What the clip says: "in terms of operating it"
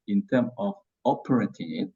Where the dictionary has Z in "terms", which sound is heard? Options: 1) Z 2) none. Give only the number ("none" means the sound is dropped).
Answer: 2